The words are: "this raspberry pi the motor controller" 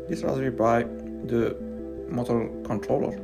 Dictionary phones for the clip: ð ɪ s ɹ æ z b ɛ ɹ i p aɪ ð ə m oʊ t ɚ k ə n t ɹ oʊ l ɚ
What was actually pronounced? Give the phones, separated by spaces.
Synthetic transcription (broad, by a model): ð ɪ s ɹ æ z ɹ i b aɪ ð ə m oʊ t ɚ k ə n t ɹ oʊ l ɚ